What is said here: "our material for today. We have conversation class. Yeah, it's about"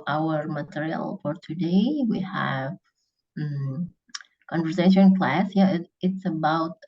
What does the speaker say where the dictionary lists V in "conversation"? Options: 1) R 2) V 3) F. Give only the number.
2